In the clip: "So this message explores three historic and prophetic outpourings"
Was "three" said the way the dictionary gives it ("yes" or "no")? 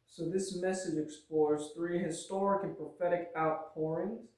yes